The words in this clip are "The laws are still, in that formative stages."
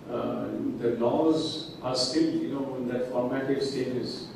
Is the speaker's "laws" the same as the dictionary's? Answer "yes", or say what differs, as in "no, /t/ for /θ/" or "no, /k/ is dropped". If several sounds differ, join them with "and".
yes